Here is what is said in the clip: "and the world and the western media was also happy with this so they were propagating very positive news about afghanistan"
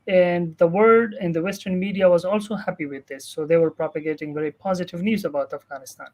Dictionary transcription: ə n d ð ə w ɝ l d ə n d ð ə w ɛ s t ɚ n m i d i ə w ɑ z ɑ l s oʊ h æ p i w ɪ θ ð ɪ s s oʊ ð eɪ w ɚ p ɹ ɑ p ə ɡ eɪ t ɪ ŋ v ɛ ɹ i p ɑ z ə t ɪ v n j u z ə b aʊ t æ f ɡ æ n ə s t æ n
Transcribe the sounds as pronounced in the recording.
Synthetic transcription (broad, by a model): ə n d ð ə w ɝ d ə n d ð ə w ɛ s t ɚ n m i d i ə w ɑ z ɑ l s oʊ h æ p i w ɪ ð ɪ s s oʊ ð eɪ w ɚ p ɹ ɑ p ə ɡ eɪ t ɪ ŋ v ɛ ɹ i p ɑ z ə t ɪ v n j u z ə b aʊ t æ f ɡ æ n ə s t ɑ n